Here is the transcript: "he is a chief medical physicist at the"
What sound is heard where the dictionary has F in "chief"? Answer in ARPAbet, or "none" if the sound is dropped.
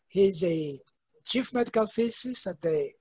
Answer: F